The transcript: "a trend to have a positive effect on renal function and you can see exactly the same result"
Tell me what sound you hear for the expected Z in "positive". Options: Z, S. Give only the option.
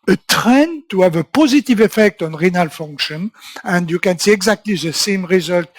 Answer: Z